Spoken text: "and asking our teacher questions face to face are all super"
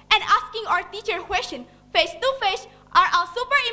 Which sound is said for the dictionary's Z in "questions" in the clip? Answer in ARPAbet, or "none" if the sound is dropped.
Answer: none